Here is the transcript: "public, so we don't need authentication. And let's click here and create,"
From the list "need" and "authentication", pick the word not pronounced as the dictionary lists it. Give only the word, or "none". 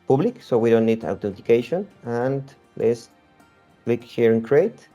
authentication